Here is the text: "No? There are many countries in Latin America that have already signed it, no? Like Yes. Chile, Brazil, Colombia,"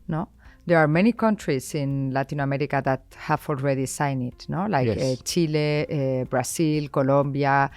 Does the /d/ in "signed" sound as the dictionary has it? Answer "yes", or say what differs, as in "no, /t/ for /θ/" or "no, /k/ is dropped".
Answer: no, /d/ is dropped